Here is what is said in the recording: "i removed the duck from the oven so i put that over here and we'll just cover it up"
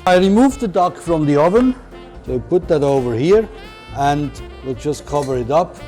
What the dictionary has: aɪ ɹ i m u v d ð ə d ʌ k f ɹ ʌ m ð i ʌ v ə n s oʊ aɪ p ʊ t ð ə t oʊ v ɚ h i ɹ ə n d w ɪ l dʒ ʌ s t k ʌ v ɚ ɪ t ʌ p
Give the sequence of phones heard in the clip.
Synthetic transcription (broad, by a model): aɪ ɹ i m u v ð ə d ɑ k f ɹ ʌ m ð i ʌ v ə n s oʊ p ʊ t ð ə t oʊ v ɚ h i ɹ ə n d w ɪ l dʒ ʌ s k ʌ v ɚ ɪ t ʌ p